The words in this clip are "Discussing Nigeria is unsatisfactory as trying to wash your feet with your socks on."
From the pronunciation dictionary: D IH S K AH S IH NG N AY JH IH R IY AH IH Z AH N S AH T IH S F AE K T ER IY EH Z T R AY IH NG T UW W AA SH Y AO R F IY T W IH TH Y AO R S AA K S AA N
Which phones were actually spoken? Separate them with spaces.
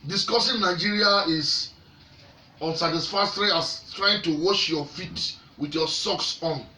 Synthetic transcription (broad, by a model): D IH S K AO S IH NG N AY JH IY R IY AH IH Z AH N S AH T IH S F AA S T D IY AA S T R AY IH NG T UW W AA SH Y AO F IY T W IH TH Y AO S AA K S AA N